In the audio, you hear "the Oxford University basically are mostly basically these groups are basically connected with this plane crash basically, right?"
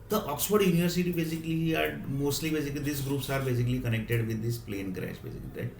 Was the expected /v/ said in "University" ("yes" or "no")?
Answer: yes